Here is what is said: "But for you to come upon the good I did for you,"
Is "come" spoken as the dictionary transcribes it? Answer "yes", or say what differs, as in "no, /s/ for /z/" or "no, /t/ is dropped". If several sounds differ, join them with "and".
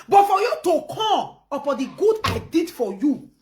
no, /m/ is dropped